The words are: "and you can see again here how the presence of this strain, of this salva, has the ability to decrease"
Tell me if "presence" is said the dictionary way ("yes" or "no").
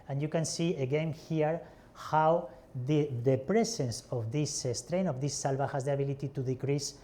no